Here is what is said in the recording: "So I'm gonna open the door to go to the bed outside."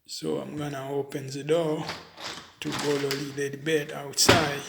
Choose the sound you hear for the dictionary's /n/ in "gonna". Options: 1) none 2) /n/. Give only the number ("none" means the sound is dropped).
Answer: 2